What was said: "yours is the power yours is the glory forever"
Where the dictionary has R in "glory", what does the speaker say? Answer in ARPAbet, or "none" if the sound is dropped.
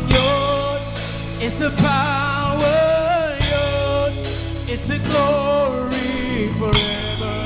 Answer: R